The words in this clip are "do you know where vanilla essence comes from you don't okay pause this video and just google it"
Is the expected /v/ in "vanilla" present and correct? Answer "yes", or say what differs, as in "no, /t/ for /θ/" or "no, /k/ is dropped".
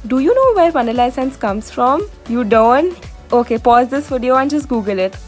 no, /p/ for /v/